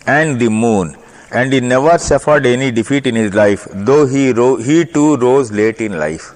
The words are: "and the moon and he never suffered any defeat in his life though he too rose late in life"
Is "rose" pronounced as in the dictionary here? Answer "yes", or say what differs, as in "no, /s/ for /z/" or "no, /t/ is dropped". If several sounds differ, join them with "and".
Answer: yes